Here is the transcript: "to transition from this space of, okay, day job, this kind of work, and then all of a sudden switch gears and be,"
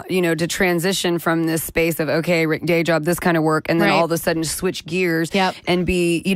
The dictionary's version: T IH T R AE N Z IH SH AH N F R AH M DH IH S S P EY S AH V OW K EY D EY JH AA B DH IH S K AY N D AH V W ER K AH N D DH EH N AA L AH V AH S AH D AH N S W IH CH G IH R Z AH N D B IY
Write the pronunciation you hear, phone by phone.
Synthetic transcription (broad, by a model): T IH T R AE N Z IH SH AH N F R AH M DH IH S S P EY S AH V OW K EY D EY JH AA B DH IH S K AY N D AH V W ER K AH N DH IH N AA L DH AH S AH D N S W IH CH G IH R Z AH N B IY